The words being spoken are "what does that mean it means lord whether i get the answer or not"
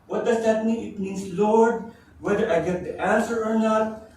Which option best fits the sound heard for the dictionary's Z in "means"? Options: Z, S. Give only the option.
S